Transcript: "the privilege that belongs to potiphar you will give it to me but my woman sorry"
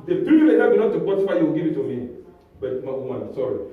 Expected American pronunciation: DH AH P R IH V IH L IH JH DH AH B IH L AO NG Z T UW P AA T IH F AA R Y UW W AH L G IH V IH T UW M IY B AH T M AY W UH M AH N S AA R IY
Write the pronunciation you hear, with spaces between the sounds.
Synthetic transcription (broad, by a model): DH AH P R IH IH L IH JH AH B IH N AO T UW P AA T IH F AA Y Y UW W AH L G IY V IH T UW M IY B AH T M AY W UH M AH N S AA R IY